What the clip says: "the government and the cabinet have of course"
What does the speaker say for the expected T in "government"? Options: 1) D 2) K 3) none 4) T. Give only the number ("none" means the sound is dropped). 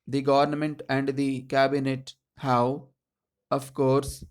4